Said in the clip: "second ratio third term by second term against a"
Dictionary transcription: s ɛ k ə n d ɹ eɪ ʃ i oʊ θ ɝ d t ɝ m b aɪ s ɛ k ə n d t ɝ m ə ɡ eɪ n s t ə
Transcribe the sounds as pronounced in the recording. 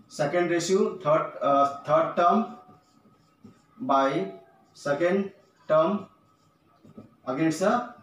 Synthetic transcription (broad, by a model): s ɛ k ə n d ɹ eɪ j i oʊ t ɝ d t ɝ m b aɪ s ɛ k ə n d t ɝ m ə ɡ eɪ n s ə